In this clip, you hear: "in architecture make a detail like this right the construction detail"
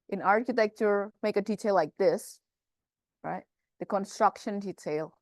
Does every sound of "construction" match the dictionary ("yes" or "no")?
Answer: yes